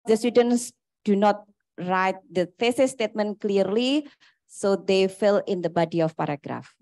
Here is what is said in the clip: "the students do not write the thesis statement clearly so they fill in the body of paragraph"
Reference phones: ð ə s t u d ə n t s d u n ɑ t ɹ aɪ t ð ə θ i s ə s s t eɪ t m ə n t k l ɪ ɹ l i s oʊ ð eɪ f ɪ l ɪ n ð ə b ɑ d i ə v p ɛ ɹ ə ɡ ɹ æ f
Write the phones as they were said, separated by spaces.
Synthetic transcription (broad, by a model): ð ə s t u d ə n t s d u n ɑ t ɹ aɪ t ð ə f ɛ s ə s s t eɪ t m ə n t k l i ɹ l i s oʊ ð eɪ f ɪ l ɪ n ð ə b ɑ d i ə f p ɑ ɹ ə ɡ ɹ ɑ f